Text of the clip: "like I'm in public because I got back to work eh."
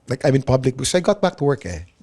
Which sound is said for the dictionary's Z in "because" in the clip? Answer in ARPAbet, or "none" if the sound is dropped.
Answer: none